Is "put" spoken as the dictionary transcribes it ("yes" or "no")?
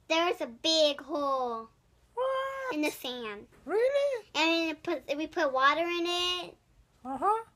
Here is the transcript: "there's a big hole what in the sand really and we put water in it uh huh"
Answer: yes